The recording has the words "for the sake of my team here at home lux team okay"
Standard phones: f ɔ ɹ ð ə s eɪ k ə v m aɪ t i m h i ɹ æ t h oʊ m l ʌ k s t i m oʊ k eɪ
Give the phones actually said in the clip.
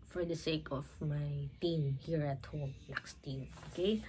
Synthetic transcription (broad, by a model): f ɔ ɹ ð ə s eɪ k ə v m aɪ t i m h i ɹ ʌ t h oʊ m n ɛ k s t i m oʊ k eɪ